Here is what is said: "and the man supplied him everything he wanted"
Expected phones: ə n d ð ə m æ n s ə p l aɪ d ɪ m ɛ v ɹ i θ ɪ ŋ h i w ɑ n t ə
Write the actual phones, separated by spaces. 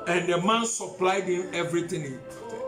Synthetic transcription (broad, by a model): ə n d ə m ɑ n s ə p l aɪ d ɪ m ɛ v ɹ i t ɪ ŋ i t